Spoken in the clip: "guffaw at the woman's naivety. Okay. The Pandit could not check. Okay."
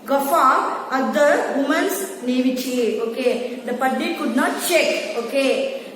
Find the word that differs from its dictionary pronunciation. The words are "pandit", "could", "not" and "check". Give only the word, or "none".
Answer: pandit